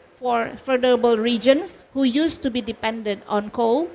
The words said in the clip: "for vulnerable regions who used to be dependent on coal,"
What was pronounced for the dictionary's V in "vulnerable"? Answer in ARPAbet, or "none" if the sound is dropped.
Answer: F